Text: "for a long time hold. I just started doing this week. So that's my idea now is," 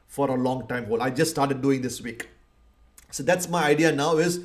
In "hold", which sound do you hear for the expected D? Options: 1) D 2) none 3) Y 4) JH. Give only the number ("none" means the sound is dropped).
2